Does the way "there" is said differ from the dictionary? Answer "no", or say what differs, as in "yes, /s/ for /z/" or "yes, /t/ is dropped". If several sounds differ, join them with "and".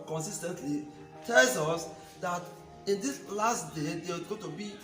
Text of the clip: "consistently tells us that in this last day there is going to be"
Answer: yes, /w/ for /ɹ/